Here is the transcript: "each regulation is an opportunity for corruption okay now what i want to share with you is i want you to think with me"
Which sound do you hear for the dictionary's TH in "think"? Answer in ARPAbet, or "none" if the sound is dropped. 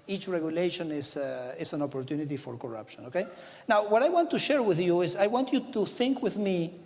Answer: TH